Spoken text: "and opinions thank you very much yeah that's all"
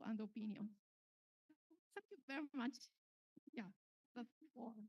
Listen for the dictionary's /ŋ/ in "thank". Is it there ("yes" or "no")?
no